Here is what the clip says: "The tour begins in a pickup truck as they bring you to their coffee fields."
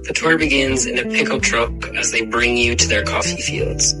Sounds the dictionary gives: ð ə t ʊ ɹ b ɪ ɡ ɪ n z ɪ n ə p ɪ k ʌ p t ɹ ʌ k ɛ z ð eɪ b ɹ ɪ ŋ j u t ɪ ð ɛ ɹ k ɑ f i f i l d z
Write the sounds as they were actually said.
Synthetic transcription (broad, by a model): ð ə t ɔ ɹ b ɪ ɡ ɪ n z ɪ n ə p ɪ k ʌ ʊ t ɹ ʌ k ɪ z ð eɪ b ɹ ɪ ŋ j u t ɪ ð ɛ ɹ k ɑ f i f i l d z